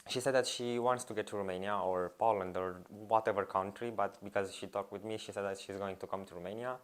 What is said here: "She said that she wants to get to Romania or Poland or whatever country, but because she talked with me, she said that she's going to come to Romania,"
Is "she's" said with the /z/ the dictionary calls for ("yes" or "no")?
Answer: yes